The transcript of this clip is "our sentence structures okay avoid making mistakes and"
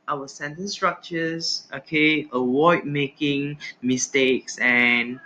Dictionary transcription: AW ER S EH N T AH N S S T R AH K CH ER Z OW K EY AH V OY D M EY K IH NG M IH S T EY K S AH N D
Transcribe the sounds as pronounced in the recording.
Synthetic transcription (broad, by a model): AW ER S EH N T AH N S S T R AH K CH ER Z OW K EY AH W OY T M EY K IH NG M IH S T EY K S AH N